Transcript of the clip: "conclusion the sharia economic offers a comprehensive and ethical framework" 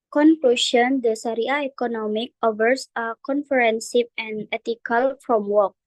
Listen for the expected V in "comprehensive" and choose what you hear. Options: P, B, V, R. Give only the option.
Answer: P